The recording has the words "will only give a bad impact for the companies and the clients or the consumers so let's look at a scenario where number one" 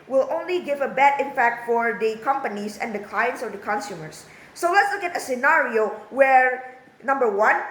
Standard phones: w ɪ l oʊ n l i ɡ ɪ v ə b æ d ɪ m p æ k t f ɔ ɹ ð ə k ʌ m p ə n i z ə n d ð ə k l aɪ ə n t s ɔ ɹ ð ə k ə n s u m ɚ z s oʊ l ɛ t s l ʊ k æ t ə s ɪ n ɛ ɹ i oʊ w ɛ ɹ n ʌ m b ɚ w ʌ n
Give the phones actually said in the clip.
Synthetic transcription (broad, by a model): w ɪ l oʊ n l i ɡ ɪ v ə b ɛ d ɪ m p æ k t f ɔ ɹ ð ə k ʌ m p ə n i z ə n d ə k l aɪ ə n t s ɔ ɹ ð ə k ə n s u m ɚ s oʊ l ɛ t s l ʊ k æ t ə s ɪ n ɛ ɹ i oʊ w ɛ ɹ n ʌ m b ɚ w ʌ n